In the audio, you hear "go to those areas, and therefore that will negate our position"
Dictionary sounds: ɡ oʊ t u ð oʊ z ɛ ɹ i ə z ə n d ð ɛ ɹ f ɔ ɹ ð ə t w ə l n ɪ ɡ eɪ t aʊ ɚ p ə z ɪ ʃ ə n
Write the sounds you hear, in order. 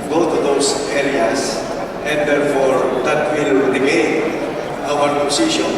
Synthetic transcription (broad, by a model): ɡ oʊ t u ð oʊ s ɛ ɹ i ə s ə n d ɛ ɹ f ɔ ɹ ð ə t w ə l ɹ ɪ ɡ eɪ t aʊ ɚ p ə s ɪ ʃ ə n